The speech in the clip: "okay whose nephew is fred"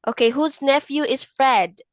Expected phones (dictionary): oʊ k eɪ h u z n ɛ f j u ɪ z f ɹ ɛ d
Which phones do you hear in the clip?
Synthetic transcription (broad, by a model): oʊ k eɪ h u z n ɛ f j u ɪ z f ɹ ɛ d